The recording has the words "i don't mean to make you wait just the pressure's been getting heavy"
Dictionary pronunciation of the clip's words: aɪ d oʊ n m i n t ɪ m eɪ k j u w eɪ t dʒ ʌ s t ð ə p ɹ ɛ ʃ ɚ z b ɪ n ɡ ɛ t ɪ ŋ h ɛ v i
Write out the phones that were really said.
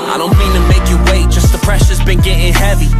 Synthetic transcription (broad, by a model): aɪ d oʊ n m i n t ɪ m eɪ k j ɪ w eɪ t dʒ ʌ s t ð ə p ɹ ɛ ʃ ɚ z b ɪ n ɡ ɛ t ɪ ŋ h ɛ v i